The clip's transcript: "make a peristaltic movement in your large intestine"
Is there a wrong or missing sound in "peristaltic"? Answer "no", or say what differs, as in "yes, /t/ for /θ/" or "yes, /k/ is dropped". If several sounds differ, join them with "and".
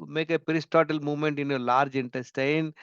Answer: yes, /l/ is dropped